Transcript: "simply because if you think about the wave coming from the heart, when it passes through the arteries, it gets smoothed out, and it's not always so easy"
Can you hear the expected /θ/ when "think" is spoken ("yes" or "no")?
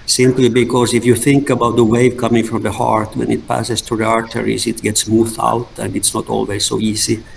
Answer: yes